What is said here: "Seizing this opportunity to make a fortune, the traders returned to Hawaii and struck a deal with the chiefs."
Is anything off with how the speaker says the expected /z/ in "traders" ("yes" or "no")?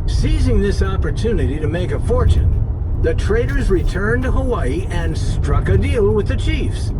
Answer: no